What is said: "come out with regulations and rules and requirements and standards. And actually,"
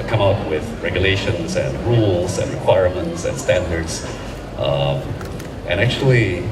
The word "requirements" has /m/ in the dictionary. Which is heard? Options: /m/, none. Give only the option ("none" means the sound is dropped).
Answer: /m/